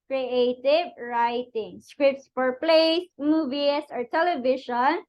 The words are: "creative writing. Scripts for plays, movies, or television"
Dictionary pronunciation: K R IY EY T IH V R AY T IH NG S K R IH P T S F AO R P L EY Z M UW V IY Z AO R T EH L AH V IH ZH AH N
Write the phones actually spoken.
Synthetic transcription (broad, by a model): K R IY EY T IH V R AY T IH NG S K R IH P T S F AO R P L EY S M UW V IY S AO R T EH L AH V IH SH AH N